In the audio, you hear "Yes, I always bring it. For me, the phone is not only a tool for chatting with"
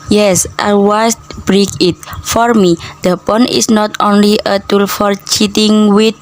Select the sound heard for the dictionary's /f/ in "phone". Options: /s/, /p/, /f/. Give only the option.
/p/